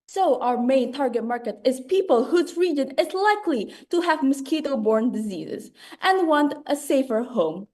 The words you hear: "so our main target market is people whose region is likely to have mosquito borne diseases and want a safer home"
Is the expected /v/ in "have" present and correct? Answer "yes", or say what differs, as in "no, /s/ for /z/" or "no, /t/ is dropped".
yes